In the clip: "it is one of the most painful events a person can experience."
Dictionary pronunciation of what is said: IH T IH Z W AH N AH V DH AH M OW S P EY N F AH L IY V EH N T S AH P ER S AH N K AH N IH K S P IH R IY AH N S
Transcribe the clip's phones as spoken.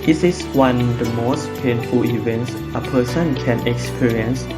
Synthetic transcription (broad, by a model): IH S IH S W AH N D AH M OW S P EY N F AH L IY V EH N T S AH P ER S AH N K AH N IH K S P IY R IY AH N S